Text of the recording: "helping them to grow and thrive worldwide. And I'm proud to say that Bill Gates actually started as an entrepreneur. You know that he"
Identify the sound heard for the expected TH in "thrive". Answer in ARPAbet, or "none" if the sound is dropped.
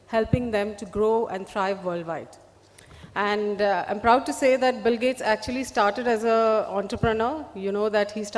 T